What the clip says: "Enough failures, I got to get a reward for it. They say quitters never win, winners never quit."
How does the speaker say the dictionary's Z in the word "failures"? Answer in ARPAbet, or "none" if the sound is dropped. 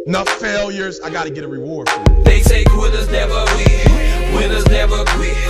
Z